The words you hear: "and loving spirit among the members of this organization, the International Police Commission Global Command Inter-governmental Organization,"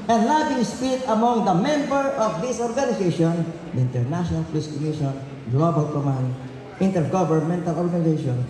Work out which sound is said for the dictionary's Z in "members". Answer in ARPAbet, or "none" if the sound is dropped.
none